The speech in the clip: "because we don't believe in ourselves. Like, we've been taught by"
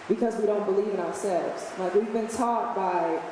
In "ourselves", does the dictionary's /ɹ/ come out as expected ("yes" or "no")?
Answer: yes